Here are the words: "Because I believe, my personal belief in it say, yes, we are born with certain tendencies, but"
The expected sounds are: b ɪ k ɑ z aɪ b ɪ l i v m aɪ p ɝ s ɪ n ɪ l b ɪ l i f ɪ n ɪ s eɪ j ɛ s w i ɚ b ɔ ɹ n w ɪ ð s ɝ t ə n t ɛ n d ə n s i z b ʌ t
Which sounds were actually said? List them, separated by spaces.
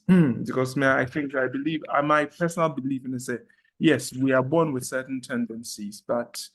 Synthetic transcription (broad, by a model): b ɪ k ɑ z aɪ b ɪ l i v m aɪ p ɝ s ɪ n ɪ l b ɪ l i f ɪ n ɪ s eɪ j ɛ s w i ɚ b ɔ n w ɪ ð s ɝ t n t ɛ n d ə n s i z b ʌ t